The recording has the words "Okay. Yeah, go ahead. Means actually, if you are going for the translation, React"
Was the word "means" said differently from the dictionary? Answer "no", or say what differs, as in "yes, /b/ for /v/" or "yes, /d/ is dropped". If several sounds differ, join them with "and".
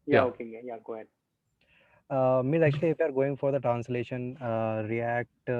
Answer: yes, /n/ is dropped